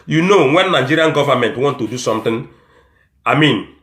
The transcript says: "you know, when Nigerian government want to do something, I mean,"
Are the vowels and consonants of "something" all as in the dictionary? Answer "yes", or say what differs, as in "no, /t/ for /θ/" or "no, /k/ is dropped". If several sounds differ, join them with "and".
no, /t/ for /θ/